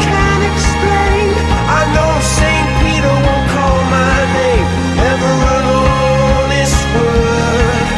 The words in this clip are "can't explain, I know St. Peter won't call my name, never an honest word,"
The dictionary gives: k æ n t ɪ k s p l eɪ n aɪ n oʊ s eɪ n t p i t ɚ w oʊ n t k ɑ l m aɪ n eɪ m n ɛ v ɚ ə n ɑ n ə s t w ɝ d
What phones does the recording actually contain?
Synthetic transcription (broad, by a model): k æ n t ɪ k s p l eɪ n aɪ n oʊ s eɪ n p i t ɚ w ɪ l k ɑ l m aɪ n eɪ m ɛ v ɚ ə l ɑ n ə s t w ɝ